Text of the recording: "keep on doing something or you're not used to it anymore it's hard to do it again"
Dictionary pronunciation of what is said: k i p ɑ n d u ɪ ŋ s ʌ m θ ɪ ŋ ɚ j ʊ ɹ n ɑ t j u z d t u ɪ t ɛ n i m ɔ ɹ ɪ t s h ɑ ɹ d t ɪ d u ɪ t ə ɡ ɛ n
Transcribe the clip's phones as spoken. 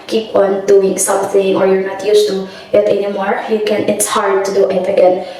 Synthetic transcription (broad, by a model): k i p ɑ n d u ɪ ŋ s ʌ m θ ɪ ŋ ɚ j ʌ ɹ n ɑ t j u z t u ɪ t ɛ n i m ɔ ɹ ɪ t s h ɑ ɹ d t ɪ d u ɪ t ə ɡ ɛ n